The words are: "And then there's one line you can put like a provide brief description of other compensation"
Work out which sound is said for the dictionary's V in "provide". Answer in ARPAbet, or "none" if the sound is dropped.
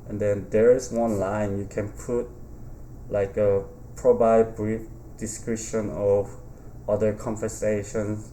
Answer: B